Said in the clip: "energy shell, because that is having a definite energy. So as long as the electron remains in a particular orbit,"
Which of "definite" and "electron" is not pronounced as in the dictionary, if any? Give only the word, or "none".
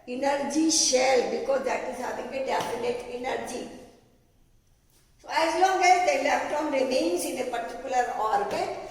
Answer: electron